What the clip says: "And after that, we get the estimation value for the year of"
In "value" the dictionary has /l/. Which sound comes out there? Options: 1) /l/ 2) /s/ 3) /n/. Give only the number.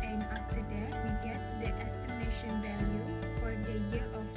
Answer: 1